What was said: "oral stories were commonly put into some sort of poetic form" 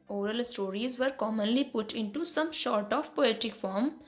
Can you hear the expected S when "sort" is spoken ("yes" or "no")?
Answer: no